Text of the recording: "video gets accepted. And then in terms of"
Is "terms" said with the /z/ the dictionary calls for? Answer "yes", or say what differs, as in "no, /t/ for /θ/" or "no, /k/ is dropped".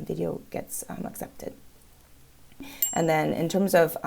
yes